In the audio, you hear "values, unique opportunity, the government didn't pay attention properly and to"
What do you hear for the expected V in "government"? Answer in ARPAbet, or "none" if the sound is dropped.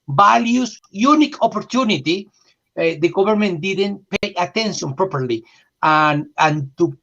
B